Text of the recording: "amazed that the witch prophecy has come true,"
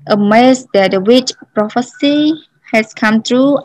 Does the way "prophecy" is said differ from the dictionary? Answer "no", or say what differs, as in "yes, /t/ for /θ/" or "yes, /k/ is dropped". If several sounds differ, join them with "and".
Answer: no